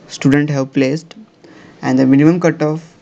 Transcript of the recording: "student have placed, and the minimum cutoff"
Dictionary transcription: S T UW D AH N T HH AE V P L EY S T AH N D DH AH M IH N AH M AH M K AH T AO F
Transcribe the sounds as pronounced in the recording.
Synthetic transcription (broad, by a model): S T UW D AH N T HH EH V P L EY S T AH N D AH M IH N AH M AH M K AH T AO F